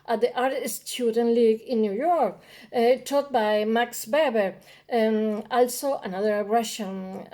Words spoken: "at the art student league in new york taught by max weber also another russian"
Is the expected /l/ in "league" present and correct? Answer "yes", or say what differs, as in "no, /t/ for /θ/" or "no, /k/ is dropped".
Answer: yes